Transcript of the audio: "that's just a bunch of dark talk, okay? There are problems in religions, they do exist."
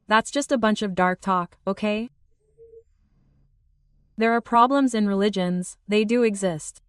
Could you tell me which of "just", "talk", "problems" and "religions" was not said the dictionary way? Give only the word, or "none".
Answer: none